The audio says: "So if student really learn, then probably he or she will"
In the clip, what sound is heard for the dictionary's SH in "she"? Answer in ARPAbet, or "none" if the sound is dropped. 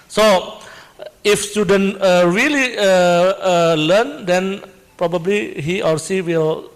S